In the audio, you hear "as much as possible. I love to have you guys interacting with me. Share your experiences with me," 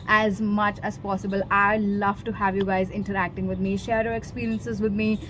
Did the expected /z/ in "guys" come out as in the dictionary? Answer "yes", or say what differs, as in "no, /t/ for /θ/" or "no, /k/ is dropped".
yes